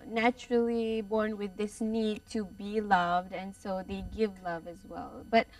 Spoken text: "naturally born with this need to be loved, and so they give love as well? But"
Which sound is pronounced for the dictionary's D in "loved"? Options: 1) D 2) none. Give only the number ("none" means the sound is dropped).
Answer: 1